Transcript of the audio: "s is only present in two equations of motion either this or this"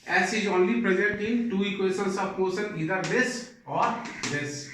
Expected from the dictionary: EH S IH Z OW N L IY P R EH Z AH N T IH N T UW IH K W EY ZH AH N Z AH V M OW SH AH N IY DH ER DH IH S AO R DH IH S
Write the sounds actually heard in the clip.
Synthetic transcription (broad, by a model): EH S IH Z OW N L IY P R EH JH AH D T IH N T UW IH K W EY S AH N S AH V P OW S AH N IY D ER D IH S AO R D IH S